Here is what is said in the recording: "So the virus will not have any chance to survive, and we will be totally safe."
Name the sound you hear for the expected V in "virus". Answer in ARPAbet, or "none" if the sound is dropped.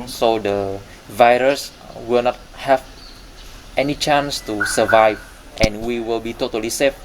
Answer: V